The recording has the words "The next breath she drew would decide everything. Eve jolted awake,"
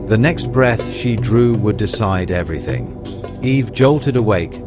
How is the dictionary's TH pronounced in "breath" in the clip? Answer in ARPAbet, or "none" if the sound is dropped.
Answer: TH